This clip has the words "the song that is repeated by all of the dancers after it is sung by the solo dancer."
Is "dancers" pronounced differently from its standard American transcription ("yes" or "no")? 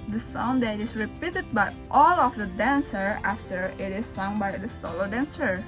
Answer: yes